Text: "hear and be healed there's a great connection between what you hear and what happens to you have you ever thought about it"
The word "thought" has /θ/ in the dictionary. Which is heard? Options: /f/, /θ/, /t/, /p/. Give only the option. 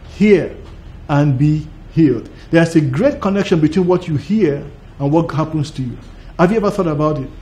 /θ/